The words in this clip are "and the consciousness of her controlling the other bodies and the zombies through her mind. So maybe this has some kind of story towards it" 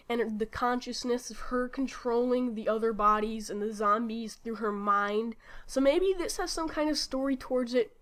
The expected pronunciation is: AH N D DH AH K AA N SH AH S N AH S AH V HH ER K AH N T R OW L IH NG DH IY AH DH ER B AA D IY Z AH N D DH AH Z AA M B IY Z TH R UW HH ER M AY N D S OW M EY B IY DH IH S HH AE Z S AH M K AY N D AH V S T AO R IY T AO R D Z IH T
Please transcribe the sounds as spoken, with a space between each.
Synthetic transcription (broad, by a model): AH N DH AH K AA N SH AH S N AH S AH V HH ER K N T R OW L IH NG DH IY AH DH ER B AA D IY Z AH N DH AH Z AA M B IY Z TH R UW ER M AY N D S OW M EY B IY DH IH S HH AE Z S AH M K AY N D AH V S T AO R IY T AO R D Z IH T